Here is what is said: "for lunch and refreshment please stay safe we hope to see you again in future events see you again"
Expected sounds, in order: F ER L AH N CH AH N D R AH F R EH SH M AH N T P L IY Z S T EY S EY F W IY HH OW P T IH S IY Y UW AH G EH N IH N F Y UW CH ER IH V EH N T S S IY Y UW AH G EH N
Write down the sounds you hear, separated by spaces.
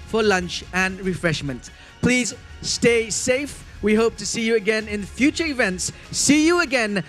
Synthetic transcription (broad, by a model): F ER L AH N CH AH N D R AH F R EH SH M AH N T P L IY Z S T EY S EY F W IY HH OW P T IH S IY Y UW AH G EH N IH N F Y UW CH ER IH V EH N T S S IY Y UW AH G EH N